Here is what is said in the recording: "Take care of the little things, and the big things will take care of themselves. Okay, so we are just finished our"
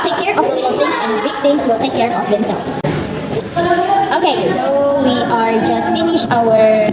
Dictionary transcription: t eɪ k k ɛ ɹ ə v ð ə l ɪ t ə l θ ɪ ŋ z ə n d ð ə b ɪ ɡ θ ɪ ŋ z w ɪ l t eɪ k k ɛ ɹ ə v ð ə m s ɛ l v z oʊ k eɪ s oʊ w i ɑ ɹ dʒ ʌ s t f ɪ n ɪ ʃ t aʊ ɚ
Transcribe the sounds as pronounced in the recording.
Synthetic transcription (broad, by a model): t eɪ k k ɛ ɹ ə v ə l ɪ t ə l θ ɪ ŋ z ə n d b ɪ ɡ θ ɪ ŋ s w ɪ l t eɪ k k ɛ ɹ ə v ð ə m s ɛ l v s oʊ k eɪ s oʊ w i ɑ ɹ dʒ ʌ s t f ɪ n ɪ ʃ aʊ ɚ